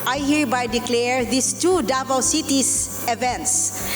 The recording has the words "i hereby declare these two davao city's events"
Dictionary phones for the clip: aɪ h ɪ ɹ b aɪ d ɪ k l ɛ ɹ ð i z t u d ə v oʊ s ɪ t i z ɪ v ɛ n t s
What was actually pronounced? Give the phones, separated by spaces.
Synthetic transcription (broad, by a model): aɪ h ɪ ɹ b aɪ d ɪ k l ɛ ɹ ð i s t u d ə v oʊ s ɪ t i s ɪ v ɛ n t s